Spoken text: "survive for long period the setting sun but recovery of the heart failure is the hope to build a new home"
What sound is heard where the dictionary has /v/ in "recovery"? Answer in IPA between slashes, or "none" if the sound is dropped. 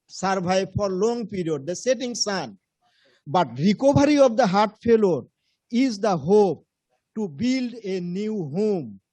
/b/